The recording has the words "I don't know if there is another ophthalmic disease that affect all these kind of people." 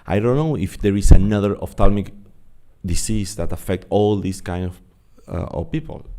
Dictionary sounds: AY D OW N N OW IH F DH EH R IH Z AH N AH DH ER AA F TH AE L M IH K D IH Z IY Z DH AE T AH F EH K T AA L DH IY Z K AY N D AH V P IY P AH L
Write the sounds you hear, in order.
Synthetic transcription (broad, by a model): AY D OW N N OW IH F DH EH R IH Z AH N AH DH ER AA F T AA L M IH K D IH S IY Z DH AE T AH F EH K T AA L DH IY S K AY N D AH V P IY P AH L